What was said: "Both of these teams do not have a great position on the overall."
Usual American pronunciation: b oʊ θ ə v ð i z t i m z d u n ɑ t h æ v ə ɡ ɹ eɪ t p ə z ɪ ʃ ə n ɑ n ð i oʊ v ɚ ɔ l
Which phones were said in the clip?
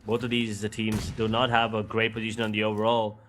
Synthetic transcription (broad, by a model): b oʊ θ ə v ð i z t i m z d u n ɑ t h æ v ə ɡ ɹ eɪ t p ə z ɪ ʃ ə n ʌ n ð i oʊ v ɚ ɔ l